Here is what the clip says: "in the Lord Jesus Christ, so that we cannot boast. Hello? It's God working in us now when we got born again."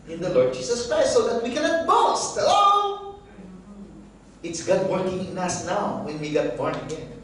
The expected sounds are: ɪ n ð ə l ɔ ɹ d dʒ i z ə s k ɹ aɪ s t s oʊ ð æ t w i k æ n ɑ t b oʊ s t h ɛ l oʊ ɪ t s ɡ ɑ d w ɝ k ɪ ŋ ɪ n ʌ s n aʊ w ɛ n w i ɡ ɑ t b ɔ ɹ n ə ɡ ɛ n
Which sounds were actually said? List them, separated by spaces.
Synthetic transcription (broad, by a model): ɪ n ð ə l ɔ ɹ d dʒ i s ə s k ɹ aɪ s t s oʊ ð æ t w i k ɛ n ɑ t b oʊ s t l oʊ ɪ t s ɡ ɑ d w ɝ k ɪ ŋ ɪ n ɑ s n aʊ w ɛ n w i ɡ ɑ t b ɔ ɹ n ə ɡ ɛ n